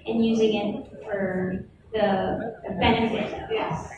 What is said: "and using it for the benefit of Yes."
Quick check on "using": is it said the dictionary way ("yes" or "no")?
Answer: yes